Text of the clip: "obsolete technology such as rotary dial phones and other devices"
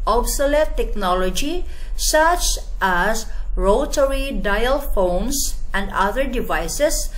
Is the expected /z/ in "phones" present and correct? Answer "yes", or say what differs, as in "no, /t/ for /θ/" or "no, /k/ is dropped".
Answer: no, /s/ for /z/